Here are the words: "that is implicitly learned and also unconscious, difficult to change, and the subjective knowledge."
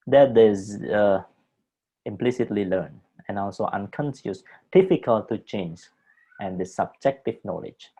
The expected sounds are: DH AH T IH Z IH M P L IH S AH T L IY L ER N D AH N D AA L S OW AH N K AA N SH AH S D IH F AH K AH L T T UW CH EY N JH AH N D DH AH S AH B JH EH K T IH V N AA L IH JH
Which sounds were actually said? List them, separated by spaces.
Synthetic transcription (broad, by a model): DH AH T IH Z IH M P L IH S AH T L IY L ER N AH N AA L S OW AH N K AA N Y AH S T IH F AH K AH L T T UW CH EY N JH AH N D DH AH S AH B JH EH K T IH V N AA L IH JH